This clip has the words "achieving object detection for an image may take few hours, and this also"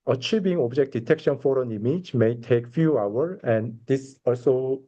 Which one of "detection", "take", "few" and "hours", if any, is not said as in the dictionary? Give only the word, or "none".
hours